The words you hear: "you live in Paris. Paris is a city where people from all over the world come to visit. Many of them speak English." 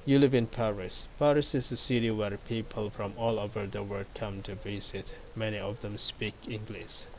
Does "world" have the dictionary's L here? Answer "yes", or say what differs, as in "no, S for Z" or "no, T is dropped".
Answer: no, L is dropped